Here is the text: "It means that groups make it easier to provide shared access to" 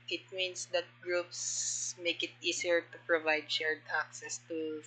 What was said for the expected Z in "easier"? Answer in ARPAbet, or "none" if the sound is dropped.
S